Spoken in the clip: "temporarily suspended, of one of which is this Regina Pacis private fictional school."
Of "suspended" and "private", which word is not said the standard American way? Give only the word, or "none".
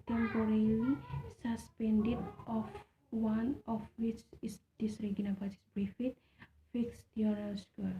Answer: private